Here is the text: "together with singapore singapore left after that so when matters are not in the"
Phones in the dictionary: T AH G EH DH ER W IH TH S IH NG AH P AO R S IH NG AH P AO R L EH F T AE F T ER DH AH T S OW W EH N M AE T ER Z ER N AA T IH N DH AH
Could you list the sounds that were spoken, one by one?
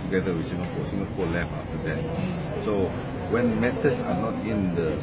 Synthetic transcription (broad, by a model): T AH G EH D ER W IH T S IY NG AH P AO S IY NG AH P AO L EH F AA F T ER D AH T S OW W EH N M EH T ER S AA N AA T IH N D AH